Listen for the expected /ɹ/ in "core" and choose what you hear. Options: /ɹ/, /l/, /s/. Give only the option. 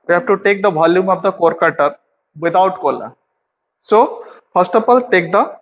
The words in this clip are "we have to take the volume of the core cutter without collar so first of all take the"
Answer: /ɹ/